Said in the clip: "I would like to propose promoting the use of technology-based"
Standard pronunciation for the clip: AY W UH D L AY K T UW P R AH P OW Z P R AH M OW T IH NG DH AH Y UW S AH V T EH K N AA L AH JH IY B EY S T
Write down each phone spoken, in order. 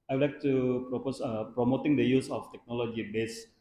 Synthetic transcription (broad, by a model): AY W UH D L AY K T UW P R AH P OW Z P R AH M OW T IH NG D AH Y UW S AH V T EH K N AA L AH JH IY B EY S